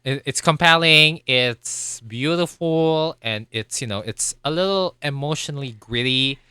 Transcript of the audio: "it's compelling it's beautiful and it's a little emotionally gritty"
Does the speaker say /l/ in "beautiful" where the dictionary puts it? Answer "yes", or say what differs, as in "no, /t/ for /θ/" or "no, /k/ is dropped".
no, /n/ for /l/